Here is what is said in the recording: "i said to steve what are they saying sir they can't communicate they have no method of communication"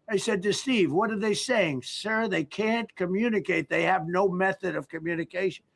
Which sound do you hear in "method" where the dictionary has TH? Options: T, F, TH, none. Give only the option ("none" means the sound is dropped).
TH